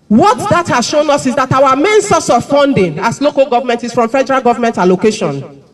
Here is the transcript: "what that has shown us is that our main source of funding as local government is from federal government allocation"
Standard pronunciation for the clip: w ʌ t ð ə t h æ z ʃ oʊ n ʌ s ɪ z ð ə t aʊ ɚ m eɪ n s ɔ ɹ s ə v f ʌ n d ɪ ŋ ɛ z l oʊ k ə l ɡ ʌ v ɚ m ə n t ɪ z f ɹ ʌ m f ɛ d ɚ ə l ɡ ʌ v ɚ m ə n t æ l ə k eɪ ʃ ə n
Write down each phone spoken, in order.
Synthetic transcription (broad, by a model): w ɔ t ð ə t h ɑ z ʃ oʊ n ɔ s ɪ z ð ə t aʊ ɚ m eɪ n s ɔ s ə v f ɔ n d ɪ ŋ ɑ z l oʊ k ə l ɡ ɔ v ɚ m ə n t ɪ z f ɹ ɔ m f ɛ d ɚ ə l ɡ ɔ v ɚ m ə n t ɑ l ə k eɪ ʃ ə n